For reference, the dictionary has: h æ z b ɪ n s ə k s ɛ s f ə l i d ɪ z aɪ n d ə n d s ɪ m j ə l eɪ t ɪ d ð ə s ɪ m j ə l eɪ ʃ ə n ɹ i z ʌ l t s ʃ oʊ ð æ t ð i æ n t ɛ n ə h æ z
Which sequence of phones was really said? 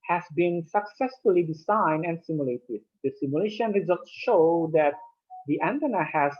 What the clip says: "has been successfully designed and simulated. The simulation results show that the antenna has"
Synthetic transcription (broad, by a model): h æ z b ɪ n s ə k s ɛ s f ə l i d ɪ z aɪ n d ə n d s ɪ m j ə l eɪ t ɪ d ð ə s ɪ m j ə l eɪ ʃ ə n ɹ i z ʌ l t s ʃ oʊ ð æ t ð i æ n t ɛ n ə h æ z